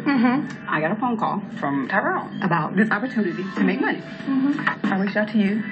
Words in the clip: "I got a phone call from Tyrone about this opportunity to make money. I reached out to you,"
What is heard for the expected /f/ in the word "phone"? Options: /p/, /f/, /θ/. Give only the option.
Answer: /p/